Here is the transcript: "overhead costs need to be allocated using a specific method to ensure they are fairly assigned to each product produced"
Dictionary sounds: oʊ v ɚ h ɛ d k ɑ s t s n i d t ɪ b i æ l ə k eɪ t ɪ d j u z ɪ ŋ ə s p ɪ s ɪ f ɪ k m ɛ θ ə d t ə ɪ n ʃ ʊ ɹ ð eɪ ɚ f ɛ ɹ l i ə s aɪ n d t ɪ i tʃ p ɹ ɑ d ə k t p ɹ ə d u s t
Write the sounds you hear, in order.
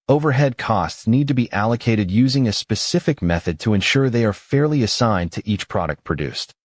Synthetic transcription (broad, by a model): oʊ v ɚ h ɛ d k ɑ s t s n i d t ɪ b i æ l ə k eɪ t ɪ d j u z ɪ ŋ ə s p ɪ s ɪ f ɪ k m ɛ θ ə d t ə ɪ n ʃ ʊ ɹ ð eɪ ɚ f ɛ ɹ l i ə s aɪ n t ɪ i tʃ p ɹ ɑ d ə k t p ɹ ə d u s t